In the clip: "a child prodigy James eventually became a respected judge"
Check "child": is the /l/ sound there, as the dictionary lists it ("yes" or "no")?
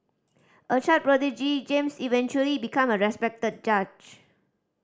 no